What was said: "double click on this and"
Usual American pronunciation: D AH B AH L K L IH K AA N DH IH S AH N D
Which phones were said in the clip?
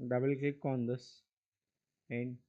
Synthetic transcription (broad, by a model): D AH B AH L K EH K AA N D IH S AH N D